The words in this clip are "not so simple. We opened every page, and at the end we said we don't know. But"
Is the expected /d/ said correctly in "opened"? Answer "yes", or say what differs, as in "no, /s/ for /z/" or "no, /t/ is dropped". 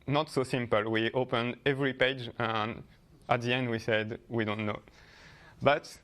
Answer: yes